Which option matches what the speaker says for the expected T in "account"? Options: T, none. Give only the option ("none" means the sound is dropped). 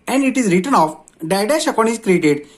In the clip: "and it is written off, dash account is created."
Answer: none